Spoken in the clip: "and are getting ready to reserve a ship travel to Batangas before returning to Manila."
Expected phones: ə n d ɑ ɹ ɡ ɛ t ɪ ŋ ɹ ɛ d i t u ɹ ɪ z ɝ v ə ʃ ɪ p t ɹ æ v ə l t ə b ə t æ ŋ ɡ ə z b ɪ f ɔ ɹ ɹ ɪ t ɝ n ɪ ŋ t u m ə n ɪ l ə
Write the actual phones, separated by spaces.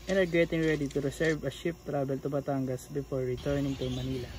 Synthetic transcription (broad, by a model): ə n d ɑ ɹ ɡ ɛ t ɪ ŋ ɹ ɛ d i t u ɹ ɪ s ɝ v ə ʃ ɪ p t ɹ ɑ b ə l t ə b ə t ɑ ŋ ɡ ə s b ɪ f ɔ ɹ ɹ ɪ t ɝ n ɪ ŋ t u m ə n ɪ l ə